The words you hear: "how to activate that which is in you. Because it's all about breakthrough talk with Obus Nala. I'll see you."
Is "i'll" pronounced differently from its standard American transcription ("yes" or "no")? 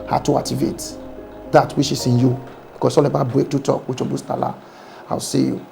yes